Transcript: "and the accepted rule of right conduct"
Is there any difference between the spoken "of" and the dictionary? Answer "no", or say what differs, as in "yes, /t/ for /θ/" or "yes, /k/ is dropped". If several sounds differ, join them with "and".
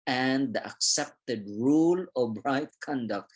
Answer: yes, /b/ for /v/